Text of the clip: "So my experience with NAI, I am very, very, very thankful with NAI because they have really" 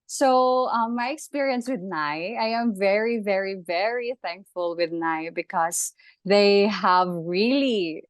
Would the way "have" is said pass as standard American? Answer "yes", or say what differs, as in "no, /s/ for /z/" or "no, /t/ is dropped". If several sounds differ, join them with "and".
yes